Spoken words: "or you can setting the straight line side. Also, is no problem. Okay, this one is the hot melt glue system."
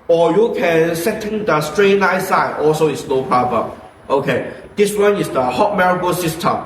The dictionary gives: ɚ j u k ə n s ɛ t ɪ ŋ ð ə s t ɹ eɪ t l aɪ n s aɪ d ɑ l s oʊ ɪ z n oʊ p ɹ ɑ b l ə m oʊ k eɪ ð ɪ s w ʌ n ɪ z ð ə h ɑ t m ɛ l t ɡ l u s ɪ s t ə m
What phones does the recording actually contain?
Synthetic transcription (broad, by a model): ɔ j u k ə n s ɛ t ɪ ŋ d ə s t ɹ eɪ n aɪ s aɪ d ɑ l s oʊ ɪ s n oʊ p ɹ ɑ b ə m oʊ k eɪ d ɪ s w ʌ n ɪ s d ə h ɑ t m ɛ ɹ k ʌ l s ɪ s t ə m